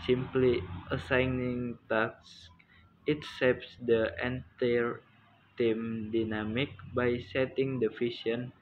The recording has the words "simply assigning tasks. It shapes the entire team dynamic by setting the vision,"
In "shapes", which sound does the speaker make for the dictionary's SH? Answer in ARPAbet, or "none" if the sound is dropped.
S